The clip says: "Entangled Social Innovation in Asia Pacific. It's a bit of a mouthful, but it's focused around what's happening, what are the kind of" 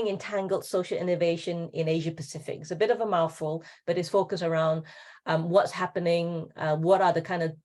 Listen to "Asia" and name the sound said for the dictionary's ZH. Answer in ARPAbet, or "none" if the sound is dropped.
ZH